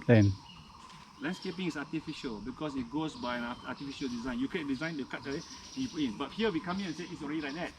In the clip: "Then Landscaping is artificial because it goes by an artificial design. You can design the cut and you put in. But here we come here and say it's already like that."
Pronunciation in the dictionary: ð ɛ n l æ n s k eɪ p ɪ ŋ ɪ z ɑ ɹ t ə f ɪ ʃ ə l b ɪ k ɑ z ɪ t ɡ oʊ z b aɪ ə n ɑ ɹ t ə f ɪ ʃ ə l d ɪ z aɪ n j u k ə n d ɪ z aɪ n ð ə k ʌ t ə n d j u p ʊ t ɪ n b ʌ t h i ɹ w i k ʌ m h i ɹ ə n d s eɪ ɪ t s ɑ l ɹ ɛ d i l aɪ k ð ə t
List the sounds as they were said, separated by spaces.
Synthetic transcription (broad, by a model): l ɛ n l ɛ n s k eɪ p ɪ ŋ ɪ s ɑ t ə f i ʃ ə l b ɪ k ɑ s ɪ t ɡ oʊ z b aɪ ə n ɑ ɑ t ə f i ʃ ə l d ɪ z aɪ n j u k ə d ɪ z aɪ n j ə k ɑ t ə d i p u ɪ n b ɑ t h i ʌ w i k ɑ m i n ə n s eɪ ɪ t s ɑ l ɹ ɛ d i l aɪ k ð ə t